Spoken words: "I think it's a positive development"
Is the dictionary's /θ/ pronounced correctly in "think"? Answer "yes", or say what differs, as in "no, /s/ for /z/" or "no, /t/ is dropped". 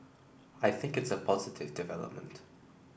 yes